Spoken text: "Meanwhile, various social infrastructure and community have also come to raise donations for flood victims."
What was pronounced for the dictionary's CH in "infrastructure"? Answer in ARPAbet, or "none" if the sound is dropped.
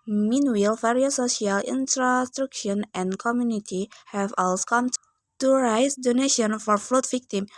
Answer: SH